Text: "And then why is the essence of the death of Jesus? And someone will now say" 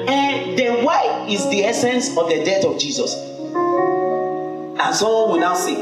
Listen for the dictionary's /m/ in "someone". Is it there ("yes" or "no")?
no